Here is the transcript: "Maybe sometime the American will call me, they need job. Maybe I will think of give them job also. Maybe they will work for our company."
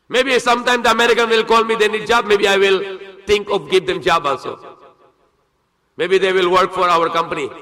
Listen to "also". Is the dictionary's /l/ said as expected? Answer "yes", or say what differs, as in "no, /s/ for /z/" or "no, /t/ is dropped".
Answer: no, /n/ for /l/